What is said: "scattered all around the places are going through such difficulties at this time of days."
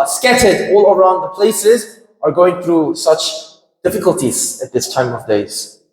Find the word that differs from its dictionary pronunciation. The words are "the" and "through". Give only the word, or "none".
none